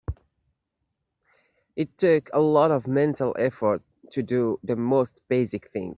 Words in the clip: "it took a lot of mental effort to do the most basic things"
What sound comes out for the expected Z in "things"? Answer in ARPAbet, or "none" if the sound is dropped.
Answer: none